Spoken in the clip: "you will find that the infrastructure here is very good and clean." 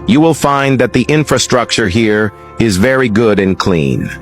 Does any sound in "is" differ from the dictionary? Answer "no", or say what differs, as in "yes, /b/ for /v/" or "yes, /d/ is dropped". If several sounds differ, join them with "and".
no